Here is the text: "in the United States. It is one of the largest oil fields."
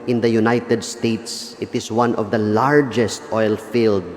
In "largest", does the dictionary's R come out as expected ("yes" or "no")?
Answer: yes